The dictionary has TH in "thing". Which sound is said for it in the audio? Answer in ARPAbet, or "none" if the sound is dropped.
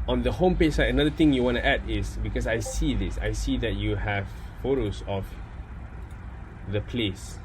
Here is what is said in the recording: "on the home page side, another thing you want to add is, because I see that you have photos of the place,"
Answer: T